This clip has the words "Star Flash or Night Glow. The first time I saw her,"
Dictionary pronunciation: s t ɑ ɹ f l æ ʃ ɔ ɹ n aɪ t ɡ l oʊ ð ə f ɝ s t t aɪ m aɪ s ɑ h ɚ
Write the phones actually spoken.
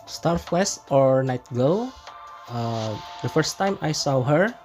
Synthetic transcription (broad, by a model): s t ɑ ɹ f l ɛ s ɔ ɹ n aɪ t ɡ oʊ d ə f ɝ s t t aɪ m aɪ s ɑ h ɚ